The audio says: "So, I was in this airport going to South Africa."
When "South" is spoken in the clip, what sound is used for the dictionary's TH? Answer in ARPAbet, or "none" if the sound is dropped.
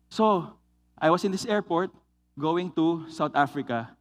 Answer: T